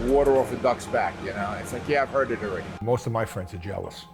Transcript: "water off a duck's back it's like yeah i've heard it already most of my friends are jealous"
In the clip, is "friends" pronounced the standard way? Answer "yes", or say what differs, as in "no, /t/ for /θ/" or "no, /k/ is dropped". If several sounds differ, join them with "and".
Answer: yes